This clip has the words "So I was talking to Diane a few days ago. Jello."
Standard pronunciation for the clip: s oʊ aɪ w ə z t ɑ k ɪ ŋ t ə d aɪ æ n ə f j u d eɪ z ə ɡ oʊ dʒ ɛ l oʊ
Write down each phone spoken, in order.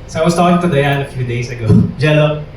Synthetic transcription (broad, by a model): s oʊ aɪ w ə s t ɑ k ɪ ŋ t ə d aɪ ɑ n ə f j u d eɪ s ə ɡ oʊ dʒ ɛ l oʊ